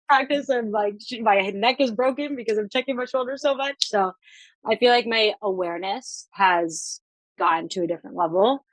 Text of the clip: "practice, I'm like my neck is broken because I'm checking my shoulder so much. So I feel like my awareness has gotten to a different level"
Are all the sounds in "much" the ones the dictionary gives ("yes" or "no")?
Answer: yes